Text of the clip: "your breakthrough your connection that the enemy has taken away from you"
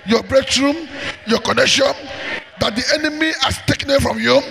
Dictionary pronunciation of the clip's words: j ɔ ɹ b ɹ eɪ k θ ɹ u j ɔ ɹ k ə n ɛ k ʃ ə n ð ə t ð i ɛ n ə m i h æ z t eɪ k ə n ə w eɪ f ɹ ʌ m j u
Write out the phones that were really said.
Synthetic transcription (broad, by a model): j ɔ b ɹ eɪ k s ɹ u j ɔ k ə n ɛ k ʃ ə n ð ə t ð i ɛ n ə m i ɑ s t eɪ k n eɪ f ɹ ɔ m j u